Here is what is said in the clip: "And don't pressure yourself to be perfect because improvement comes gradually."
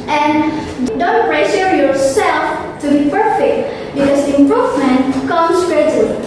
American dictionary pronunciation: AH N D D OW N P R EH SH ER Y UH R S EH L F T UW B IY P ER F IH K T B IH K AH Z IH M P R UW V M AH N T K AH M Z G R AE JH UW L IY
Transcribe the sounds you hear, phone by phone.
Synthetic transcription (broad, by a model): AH N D D OW N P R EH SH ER Y UH R S EH L F T UW B IY P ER F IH K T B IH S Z IH M P R UW V M AH N T K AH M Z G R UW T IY